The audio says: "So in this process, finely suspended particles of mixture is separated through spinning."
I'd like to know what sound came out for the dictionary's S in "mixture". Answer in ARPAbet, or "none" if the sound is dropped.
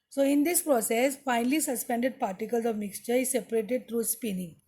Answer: S